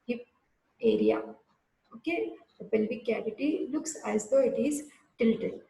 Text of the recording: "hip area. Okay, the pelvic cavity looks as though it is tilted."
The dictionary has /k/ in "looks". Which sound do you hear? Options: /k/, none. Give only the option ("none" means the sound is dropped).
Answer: /k/